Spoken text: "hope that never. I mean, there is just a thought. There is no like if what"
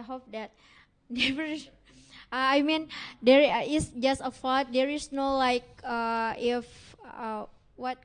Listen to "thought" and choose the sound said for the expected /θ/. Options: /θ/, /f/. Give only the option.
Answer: /f/